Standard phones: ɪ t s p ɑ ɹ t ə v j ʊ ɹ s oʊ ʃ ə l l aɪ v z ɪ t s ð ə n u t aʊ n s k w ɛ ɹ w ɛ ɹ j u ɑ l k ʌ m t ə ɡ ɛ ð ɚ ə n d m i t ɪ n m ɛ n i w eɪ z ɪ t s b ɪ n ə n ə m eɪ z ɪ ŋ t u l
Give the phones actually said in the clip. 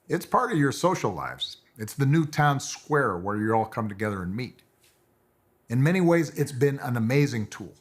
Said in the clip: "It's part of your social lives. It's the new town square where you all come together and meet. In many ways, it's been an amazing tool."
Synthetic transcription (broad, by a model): ɪ t s p ɑ ɹ t ə v j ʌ ɹ s oʊ ʃ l l aɪ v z ɪ t s ð ə n u t aʊ n s k w ɛ ɹ w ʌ ɹ j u ɑ l k ʌ m t ə ɡ ɛ ð ɚ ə n m i t ɪ n m ɛ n i w eɪ z ɪ t s b ɪ n ə n ə m eɪ z ɪ ŋ t u l